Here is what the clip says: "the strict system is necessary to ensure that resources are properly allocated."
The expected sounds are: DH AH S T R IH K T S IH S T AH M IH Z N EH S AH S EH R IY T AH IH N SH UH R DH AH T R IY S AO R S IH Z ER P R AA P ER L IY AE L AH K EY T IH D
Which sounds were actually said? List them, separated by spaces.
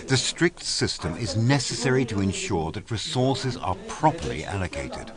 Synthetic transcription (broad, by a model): DH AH S T R IH K T S IH S T AH M IH Z N EH S AH S EH R IY T AH IH N SH UH R DH AH T R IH S AO R S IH Z ER P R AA P ER L IY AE L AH K EY T IH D